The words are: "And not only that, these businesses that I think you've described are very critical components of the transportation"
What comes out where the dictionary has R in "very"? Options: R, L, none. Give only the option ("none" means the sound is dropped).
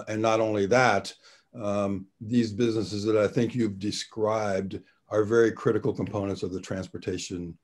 R